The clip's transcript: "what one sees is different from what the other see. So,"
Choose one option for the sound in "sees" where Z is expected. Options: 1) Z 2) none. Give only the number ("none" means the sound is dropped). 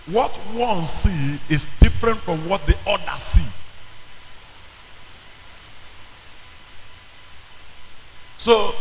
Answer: 2